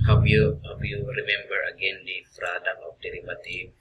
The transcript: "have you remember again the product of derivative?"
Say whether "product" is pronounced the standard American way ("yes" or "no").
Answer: no